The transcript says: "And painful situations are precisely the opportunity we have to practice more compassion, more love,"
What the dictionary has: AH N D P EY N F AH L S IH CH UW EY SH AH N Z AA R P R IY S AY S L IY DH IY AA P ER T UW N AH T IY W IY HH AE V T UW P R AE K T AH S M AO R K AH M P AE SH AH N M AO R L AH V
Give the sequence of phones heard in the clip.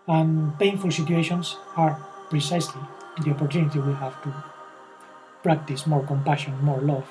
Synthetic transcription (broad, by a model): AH N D P EY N F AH L S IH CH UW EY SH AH N S AA R P R IY S AY S L IY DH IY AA P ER T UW N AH T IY W IY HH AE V T UW P R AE K T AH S M AO R K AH M P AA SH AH N M AO R L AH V